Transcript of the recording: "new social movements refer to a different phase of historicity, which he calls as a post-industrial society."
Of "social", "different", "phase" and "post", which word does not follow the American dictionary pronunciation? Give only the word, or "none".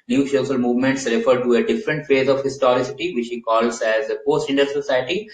social